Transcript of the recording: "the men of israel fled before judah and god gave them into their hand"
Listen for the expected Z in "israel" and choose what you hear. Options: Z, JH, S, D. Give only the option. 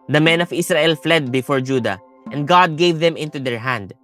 S